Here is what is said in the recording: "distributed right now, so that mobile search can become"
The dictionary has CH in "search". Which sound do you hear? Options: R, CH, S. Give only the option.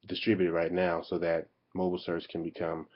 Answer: S